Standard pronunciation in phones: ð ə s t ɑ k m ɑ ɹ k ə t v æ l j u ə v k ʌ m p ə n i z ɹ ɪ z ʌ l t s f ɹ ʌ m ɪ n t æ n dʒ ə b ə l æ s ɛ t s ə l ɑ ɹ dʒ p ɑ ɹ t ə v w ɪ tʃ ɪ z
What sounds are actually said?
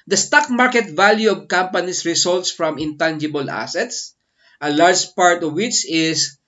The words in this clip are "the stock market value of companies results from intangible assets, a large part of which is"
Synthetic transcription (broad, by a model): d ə s t ɑ k m ɑ ɹ k ə t v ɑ l j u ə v k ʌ m p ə n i s ɹ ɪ s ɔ l t s f ɹ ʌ m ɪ n t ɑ n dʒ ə b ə l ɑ s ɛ t s ə l ɑ ɹ dʒ p ɑ ɹ t ə v w ɪ tʃ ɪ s